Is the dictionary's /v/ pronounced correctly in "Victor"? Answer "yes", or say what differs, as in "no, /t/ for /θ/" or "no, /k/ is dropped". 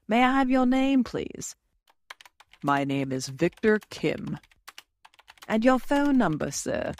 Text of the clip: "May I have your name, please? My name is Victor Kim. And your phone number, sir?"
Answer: yes